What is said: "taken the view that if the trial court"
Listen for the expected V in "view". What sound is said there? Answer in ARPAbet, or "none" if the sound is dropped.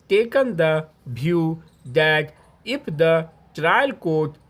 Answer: B